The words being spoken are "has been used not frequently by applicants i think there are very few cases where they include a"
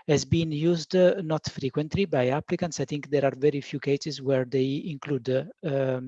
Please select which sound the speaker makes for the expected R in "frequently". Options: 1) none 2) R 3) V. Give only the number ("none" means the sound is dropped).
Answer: 2